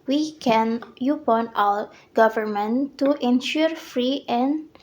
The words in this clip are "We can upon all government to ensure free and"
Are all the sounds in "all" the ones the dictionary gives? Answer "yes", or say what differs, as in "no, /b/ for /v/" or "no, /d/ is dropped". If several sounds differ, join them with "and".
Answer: no, /w/ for /l/